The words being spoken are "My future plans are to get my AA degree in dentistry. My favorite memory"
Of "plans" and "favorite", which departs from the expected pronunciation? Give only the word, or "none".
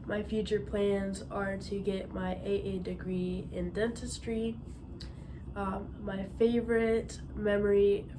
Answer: none